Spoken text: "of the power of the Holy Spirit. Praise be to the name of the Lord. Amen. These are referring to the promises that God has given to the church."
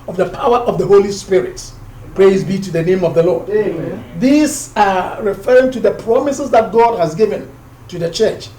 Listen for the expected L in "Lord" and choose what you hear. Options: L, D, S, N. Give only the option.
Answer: L